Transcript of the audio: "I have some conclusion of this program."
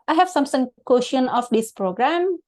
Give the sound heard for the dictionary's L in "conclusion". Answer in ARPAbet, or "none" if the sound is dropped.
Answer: none